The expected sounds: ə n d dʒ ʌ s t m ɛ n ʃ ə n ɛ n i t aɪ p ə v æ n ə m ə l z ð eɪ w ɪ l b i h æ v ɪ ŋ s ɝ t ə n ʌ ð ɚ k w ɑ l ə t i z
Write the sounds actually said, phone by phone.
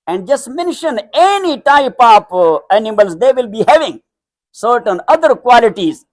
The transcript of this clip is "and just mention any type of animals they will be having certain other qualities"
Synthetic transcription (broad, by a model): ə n d dʒ ʌ s t m ɛ n ʃ ə n ɛ n i t aɪ p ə p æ n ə m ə l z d eɪ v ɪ l b i h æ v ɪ ŋ s ɝ t ə n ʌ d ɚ k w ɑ l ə t i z